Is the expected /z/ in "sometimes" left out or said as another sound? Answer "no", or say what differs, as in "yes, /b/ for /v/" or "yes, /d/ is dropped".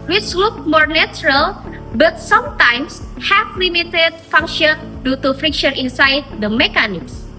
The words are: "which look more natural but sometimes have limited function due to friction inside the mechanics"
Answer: yes, /s/ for /z/